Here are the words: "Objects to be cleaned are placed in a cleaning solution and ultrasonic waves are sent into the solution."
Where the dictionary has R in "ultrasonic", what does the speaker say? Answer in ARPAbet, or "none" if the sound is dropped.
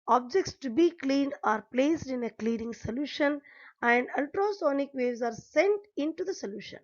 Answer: R